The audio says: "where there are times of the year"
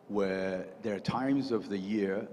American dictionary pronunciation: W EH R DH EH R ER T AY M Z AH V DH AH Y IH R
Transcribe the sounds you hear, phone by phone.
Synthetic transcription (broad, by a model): W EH R DH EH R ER T AY M Z AH V DH AH Y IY R